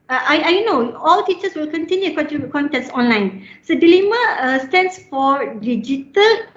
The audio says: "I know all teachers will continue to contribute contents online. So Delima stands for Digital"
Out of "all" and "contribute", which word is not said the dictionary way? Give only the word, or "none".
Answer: contribute